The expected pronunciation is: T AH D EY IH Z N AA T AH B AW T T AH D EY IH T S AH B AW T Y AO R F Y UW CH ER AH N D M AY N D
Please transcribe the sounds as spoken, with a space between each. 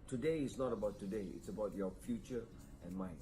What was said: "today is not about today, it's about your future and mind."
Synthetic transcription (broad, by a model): T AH D EY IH S N AA T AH B AW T T AH D EY IH T S AH B AW T Y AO F Y UW CH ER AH N M AY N